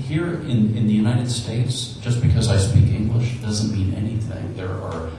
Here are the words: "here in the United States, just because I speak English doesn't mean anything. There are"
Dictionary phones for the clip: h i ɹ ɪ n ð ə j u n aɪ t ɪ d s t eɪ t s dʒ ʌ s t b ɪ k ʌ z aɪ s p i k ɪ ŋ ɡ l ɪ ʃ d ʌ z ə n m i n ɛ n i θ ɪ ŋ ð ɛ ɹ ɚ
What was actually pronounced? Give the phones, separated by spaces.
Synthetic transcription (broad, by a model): h i ɹ ɪ n ð ə j u n aɪ t ɪ d s t eɪ t s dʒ ʌ s b ɪ k ʌ z aɪ s p i k ɪ ŋ ɡ l ɪ ʃ d ʌ z ə n m i n ɛ n i θ ɪ ŋ ð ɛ ɹ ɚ